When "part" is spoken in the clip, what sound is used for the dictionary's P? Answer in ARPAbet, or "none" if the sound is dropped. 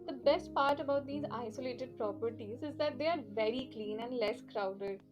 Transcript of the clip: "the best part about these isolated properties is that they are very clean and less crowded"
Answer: P